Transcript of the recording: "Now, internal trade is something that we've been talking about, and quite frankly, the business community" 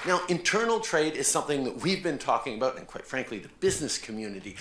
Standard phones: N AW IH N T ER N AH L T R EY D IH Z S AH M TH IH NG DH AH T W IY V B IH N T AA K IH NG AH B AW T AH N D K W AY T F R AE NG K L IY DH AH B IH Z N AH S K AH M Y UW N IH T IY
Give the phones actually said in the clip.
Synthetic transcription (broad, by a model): N AW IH N T ER N L T R EY D IH Z S AH M TH IH NG DH AH T W IY V B IH N T AA K IH NG AH B AW T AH N K W AY T F R AE NG K L IY DH AH B IH Z N AH S K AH M Y UW N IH T IY